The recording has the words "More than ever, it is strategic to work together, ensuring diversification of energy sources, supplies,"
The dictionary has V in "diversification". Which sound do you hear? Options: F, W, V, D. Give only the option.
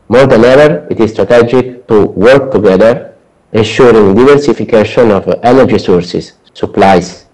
V